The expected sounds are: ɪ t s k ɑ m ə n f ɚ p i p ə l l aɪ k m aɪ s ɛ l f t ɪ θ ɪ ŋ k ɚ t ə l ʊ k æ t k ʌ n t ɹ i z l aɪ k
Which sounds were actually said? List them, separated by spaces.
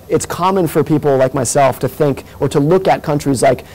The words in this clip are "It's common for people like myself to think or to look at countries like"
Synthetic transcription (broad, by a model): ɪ t s k ɑ m ə n f ɚ p i p l l aɪ k m aɪ s ɛ l f t ɪ θ ɪ ŋ k ɚ t ə l ʊ k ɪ t k ʌ n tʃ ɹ i z l aɪ k